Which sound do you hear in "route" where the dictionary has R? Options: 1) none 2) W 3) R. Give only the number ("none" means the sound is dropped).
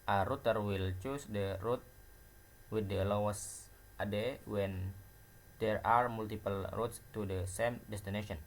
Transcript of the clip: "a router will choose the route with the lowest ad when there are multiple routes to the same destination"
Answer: 3